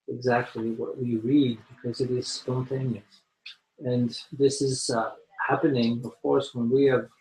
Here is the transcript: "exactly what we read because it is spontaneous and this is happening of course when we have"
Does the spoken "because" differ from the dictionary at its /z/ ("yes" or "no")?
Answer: no